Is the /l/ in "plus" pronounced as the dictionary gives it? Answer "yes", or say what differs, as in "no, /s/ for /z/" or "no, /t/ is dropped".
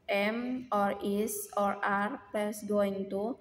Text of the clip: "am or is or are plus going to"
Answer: no, /l/ is dropped